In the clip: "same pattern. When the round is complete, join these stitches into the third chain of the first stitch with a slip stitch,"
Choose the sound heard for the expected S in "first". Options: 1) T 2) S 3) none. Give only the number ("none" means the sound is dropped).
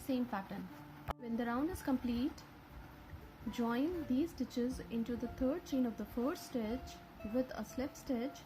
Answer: 3